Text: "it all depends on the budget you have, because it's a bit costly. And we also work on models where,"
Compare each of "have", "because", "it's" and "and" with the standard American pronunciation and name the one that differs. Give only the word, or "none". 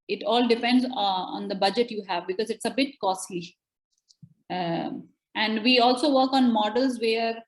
none